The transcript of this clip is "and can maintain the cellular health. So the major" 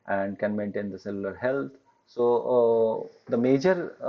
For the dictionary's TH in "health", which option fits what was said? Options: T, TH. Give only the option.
T